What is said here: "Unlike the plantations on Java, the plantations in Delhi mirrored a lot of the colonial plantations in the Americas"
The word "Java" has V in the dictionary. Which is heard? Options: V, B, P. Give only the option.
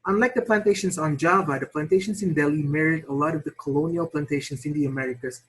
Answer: V